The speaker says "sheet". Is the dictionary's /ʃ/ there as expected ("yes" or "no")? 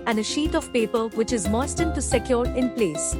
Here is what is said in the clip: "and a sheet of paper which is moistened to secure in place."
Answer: yes